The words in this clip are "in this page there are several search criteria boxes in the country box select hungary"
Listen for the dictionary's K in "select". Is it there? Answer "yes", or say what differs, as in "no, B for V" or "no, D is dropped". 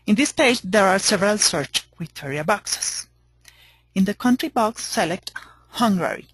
yes